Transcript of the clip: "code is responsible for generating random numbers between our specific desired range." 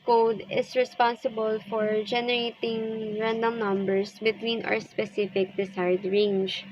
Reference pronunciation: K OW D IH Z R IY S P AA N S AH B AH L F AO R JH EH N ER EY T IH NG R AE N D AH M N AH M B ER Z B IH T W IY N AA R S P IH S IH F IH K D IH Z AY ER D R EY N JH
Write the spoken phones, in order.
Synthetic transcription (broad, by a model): K OW D IH S R IY S P AA N S AH B AH L F AO R JH EH N ER EY T IH NG R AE N D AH M N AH M B ER S B IH T W IY N AA R S P IH S IH F IH K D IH S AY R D R EY N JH